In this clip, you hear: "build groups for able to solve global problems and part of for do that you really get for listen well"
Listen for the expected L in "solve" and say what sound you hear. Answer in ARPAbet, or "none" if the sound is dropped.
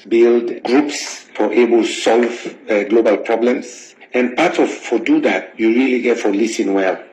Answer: L